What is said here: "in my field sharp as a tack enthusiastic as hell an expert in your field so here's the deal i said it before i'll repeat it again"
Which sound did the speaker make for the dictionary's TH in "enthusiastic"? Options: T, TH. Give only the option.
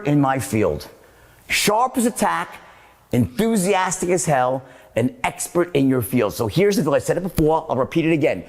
TH